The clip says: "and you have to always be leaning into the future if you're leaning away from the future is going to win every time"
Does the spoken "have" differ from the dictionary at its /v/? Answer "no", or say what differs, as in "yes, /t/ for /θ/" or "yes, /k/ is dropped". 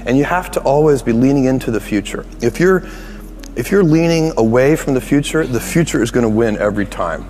yes, /f/ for /v/